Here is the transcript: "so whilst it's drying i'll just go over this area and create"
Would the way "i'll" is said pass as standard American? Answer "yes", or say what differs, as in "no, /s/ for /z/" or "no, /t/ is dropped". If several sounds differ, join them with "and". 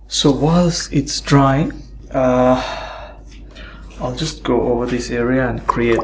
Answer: yes